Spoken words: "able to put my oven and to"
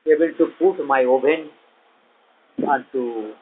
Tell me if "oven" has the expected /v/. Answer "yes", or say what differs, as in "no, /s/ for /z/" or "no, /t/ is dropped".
no, /b/ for /v/